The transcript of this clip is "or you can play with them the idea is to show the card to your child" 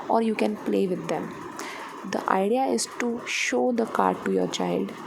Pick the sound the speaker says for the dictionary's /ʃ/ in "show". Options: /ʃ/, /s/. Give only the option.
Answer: /ʃ/